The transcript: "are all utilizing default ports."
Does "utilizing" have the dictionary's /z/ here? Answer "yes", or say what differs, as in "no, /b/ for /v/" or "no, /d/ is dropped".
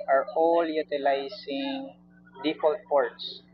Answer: no, /s/ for /z/